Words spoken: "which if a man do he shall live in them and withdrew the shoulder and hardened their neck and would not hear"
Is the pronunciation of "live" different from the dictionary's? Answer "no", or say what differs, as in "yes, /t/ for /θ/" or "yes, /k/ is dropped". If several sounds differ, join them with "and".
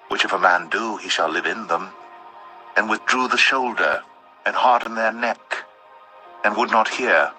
no